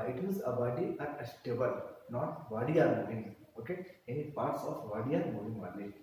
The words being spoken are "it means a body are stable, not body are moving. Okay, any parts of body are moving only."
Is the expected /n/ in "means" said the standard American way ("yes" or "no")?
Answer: no